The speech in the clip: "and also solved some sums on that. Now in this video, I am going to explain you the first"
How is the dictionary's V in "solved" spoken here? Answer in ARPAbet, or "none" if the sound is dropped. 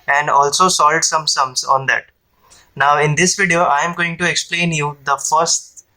none